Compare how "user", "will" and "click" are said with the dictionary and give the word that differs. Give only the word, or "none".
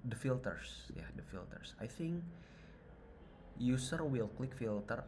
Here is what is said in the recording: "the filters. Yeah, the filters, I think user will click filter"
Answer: user